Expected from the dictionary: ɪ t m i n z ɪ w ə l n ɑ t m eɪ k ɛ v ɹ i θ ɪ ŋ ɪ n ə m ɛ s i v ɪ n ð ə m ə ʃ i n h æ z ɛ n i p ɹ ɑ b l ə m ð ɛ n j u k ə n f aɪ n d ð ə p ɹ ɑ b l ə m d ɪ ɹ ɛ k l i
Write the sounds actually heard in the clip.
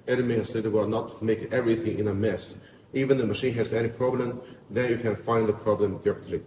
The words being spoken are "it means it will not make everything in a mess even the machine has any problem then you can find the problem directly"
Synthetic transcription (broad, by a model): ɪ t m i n s ɪ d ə w n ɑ t m eɪ k ɛ v ɹ i θ ɪ ŋ ɪ n ə m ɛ s i v ɪ n ð ə m ə ʃ i n h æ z ɛ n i p ɹ ɑ b l ə m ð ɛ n j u k ə n f aɪ n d ð ə p ɹ ɑ b l ə m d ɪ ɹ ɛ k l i